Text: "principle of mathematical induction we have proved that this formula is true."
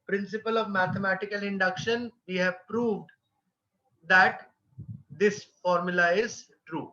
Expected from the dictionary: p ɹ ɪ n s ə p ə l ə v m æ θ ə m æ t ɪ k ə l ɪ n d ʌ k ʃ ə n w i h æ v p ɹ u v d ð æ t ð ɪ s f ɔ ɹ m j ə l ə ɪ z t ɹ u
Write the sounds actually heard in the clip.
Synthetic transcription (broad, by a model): p ɹ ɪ n s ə p ə l ə v m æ t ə m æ t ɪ k ə l ɪ n d ʌ k ʃ ə n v i h æ v p ɹ u v d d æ t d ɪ s f ɔ ɹ m j ə l ə ɪ z t ɹ u